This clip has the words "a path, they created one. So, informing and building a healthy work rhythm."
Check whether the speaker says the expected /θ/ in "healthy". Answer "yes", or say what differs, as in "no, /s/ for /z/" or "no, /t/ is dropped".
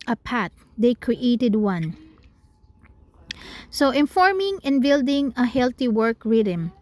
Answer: no, /t/ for /θ/